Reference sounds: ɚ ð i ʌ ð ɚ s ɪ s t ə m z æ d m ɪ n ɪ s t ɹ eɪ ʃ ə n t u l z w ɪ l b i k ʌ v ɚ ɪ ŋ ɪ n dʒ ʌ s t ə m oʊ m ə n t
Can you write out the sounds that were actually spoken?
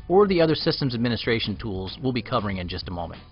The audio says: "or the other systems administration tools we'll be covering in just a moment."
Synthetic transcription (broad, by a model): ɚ ð i ʌ ð ɚ s ɪ s t ə m z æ d m ɪ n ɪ s t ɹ eɪ ʃ n t u l z w ɪ l b i k ʌ v ɚ ɪ ŋ ɪ n dʒ ʌ s t ə m oʊ m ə n t